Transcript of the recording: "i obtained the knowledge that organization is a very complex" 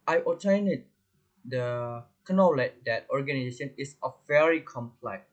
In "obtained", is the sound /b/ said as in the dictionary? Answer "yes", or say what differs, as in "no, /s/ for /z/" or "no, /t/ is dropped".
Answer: no, /b/ is dropped